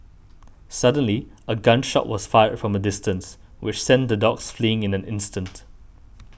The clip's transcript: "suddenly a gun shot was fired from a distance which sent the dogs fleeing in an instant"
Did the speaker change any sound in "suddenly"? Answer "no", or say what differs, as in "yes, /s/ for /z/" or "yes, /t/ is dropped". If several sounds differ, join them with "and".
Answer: no